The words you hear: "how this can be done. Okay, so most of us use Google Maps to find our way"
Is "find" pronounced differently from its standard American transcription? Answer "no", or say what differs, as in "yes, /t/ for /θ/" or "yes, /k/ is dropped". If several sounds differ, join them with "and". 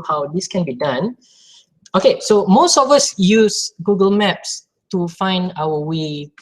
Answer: no